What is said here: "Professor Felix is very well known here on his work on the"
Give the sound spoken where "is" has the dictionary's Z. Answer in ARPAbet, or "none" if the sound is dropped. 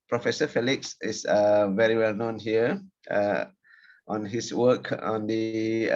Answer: S